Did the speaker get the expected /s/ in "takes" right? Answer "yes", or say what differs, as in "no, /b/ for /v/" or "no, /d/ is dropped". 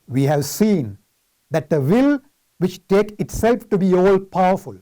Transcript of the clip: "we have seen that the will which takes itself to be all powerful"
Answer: no, /s/ is dropped